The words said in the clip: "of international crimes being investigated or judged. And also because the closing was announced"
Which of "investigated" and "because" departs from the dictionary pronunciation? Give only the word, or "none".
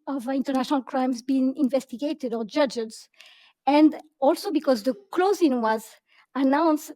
none